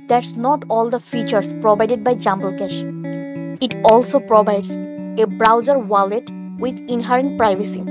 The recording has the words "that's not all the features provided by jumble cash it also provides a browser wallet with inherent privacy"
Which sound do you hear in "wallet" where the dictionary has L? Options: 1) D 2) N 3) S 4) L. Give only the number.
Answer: 4